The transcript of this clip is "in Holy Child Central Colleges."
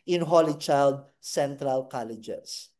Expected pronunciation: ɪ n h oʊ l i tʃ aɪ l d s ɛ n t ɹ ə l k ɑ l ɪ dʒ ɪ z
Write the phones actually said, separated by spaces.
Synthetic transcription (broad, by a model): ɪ n h oʊ l i tʃ aɪ l d s ɛ n t ɹ ə l k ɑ l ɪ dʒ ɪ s